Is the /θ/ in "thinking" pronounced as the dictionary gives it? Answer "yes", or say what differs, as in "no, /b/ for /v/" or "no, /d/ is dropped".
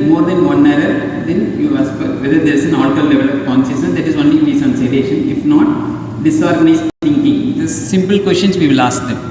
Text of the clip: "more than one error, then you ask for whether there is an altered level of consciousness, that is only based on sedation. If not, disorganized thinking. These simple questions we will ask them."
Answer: no, /t/ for /θ/